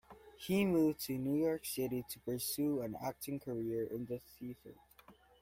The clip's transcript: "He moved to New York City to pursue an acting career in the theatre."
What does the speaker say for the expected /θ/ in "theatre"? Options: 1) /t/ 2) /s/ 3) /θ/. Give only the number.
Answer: 2